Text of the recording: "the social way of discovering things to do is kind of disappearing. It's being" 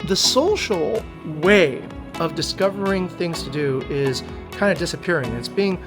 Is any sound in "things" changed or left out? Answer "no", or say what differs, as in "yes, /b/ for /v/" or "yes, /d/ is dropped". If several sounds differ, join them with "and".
no